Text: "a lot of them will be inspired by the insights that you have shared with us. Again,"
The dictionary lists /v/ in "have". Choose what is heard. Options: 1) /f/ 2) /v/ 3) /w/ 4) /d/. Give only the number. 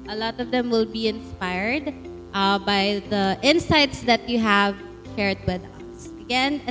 2